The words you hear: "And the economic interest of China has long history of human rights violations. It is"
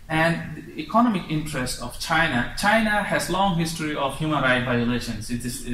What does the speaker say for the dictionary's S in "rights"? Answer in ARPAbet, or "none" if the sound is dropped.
none